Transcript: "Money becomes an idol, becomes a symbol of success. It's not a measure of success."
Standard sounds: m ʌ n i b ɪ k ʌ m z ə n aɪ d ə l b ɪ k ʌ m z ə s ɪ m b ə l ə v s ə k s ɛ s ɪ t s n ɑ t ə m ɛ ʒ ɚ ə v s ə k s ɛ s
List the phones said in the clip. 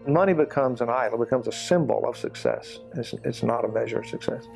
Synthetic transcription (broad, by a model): m ʌ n i b ɪ k ʌ m z ə n aɪ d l b ɪ k ʌ m z ə s ɪ m b l ə v s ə k s ɛ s ɪ t s n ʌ t ə m ɛ ʒ ɚ ə v s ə k s ɛ s